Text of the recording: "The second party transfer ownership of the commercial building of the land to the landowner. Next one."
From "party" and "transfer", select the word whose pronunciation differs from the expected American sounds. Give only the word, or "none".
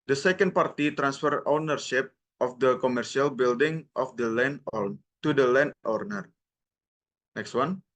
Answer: none